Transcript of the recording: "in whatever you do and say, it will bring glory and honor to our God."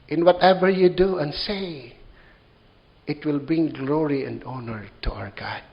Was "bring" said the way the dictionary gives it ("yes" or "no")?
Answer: no